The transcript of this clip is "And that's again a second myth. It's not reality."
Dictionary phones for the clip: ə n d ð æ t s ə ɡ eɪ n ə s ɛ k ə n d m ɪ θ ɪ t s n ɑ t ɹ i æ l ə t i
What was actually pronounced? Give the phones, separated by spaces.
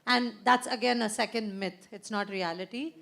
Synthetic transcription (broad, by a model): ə n d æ t s ə ɡ eɪ n ə s ɛ k ə n d m ɪ t ɪ t s n ɑ t ɹ i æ l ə t i